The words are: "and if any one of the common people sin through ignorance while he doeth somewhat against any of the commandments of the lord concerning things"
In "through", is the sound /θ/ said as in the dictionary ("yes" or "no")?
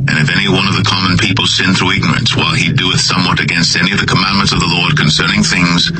yes